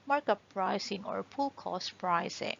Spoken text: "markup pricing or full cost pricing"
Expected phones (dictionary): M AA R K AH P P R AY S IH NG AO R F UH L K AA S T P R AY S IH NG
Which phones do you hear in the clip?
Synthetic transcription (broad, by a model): M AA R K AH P P R AY S IH NG AO R P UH L K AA S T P R AY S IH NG